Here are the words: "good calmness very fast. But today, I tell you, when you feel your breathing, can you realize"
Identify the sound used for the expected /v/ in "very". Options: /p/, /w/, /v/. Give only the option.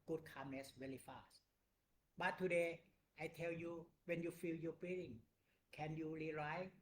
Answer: /w/